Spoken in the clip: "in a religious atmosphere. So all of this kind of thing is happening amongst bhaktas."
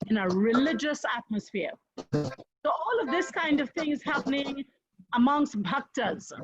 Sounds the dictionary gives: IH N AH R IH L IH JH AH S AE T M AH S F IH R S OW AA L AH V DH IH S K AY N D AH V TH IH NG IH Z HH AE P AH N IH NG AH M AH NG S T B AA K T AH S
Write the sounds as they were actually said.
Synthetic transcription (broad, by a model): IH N AH R IH L IH JH AH S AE T M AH S F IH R S OW AA L AH V DH IH S K AY N D AH V TH IH NG IH Z HH AE P AH N IH NG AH M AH NG S T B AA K T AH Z